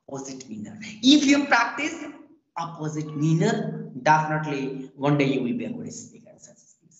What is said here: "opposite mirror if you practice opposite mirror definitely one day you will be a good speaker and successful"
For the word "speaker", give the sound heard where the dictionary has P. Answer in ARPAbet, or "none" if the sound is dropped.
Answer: none